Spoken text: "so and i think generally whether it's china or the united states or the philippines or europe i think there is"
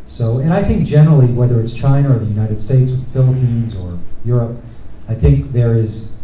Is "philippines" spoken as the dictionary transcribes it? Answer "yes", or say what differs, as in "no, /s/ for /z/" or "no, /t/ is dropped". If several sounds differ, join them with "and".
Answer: yes